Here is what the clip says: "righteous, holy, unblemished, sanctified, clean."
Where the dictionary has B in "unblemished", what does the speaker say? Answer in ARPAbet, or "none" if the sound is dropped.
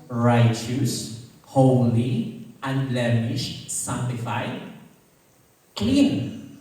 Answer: none